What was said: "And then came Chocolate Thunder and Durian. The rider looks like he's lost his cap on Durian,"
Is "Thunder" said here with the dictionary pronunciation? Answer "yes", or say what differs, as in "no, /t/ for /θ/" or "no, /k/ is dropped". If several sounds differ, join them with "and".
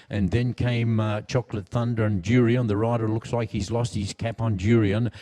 yes